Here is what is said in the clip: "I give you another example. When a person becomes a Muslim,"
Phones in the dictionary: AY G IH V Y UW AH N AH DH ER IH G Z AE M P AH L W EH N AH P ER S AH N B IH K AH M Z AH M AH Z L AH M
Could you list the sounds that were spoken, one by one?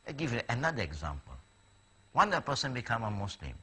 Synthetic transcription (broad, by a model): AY G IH V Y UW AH N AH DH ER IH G Z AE M P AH L W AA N AH P ER S AH N B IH K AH M AH M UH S L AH M